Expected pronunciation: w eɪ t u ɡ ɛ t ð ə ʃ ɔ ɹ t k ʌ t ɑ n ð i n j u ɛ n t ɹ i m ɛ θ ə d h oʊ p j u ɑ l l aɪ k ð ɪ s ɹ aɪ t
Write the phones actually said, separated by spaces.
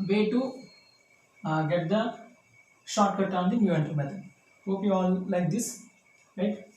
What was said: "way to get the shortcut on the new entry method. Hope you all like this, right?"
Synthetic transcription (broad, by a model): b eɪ t u ɡ ɛ t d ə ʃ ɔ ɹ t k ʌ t ɑ n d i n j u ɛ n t i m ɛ t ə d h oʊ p j u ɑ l l aɪ k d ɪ s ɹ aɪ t